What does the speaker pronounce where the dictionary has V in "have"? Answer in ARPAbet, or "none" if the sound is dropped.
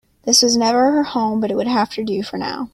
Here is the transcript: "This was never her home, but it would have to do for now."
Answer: F